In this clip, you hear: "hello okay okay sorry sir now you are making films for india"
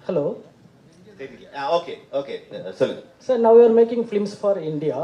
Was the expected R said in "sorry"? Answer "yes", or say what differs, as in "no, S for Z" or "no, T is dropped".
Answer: no, L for R